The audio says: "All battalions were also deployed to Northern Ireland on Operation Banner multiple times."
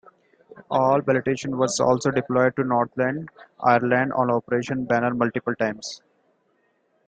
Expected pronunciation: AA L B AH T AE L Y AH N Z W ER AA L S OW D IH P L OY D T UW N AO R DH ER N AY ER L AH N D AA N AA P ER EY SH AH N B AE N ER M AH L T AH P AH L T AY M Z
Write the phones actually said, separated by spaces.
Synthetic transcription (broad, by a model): AA L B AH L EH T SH AH N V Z AA L S OW D IH P L OY D T UW N AO R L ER N AY ER L AH N D AA N AA P ER EY SH AH N B AE N ER M AH L T AH P AH L T AY M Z